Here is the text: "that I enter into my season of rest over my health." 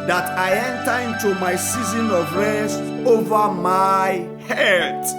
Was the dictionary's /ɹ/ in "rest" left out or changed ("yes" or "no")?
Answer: yes